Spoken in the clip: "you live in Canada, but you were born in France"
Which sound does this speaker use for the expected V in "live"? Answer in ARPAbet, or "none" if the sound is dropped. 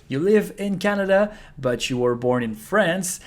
V